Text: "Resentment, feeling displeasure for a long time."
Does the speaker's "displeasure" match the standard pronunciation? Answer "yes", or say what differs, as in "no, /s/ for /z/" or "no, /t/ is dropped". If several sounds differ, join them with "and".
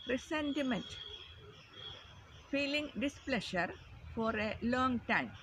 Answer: no, /ʃ/ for /ʒ/